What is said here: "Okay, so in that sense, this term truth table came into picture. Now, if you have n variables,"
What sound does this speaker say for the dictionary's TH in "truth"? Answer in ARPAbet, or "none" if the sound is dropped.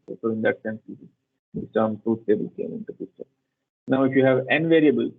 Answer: S